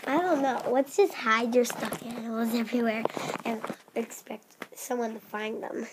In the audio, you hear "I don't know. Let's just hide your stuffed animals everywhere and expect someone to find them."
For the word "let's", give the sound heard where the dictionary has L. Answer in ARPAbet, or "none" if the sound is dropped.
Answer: W